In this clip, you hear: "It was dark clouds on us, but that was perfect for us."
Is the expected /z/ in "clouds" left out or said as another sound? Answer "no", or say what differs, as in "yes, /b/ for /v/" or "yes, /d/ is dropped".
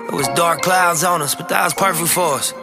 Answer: no